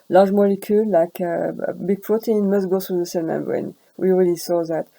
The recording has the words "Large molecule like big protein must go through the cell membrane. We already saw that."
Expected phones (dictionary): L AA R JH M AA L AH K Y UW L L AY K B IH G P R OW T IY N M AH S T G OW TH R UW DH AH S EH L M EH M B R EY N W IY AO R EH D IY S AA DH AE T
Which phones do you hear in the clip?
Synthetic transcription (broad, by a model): L AA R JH M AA L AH K Y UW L L AY K B IH G P R OW T IY N M AH S T G OW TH R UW DH AH S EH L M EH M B R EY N W IY AO R EH D IY S AA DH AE T